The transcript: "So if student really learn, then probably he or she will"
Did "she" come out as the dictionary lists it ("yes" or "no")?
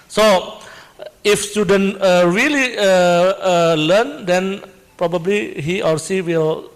no